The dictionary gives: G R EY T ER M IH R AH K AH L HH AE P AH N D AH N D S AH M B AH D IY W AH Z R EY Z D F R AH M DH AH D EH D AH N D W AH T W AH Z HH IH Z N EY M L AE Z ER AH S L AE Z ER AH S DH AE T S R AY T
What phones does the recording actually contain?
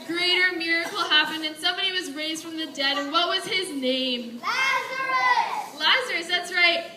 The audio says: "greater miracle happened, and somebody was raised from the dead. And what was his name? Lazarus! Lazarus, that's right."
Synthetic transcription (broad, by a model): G R EY T ER M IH R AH K L HH AE P AH N D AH N S AH M B AH D IY W AH Z R EY Z D F R AH M DH AH D EH D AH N W AH T W AH Z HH IH Z N EY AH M L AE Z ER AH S DH AE T S R AY T